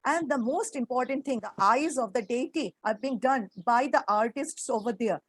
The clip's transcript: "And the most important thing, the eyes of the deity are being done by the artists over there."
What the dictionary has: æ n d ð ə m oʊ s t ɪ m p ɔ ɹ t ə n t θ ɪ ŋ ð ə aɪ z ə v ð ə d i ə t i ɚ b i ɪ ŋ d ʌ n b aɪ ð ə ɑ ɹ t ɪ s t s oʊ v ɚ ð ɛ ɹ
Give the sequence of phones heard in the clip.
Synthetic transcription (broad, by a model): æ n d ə m oʊ s t ɪ m p ɔ ɹ t ə n t t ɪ ŋ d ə aɪ z ə v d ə d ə t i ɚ b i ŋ d ʌ n b aɪ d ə ɑ ɹ t ɪ s t s oʊ v ɚ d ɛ ɹ